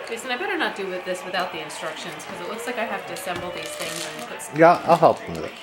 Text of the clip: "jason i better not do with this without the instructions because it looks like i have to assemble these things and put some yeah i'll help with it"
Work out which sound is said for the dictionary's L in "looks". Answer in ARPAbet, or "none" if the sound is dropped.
L